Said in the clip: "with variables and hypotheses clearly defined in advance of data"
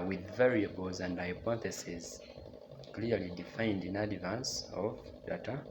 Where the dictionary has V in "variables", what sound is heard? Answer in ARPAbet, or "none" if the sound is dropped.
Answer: V